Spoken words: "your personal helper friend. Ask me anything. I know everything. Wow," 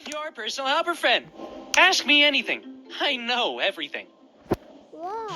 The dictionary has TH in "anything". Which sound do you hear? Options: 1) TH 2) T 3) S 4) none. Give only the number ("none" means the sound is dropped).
1